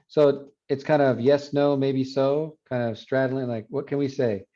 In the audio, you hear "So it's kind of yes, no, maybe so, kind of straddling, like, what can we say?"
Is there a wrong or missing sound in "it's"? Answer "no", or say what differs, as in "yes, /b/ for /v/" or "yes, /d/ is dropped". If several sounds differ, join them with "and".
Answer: no